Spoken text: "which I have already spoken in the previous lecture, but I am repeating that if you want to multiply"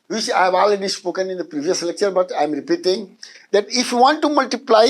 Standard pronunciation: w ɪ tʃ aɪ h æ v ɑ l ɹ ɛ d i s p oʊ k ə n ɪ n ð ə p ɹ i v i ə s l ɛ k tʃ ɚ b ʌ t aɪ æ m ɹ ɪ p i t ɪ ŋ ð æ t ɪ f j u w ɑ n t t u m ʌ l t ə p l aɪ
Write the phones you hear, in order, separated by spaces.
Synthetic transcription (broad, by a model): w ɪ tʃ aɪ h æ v ɑ l ɹ ɛ d i s p oʊ k ə n ɪ n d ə p ɹ i v i ə s l ɛ k tʃ ɚ b ʌ t aɪ m ɹ ɪ p i t ɪ ŋ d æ t ɪ f j u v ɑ n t t u m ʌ l t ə p l aɪ